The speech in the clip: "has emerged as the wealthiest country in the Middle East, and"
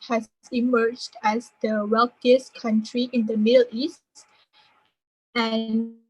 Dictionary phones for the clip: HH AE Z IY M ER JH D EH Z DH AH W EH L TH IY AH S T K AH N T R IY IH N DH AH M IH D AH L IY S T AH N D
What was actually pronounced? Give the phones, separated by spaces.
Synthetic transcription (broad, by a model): HH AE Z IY M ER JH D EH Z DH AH W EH L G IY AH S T K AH N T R IY IH N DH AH M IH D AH L IY S T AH N